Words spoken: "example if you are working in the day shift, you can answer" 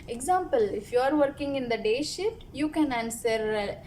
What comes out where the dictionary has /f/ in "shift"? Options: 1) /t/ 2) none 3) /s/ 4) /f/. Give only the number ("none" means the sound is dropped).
2